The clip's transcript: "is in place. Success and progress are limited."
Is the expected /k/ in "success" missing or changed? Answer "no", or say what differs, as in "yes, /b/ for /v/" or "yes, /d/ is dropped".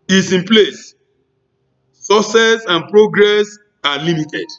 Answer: yes, /k/ is dropped